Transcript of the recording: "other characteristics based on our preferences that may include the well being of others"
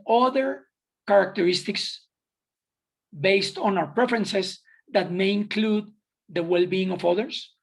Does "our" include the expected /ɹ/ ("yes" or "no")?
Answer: no